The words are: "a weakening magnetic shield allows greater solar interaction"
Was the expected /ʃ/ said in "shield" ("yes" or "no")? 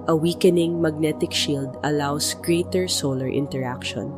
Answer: yes